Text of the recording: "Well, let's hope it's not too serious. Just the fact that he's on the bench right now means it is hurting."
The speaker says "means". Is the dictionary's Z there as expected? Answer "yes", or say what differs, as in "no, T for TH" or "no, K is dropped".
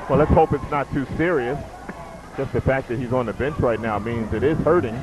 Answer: yes